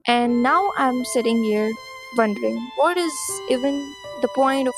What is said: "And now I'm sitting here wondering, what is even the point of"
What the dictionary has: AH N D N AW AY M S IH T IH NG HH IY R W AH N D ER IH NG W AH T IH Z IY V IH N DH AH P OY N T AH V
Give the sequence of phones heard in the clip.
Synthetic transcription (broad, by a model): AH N N AW AY M S IH T IH NG HH IY R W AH N D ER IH NG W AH T IH Z IY V IH N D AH P OY N T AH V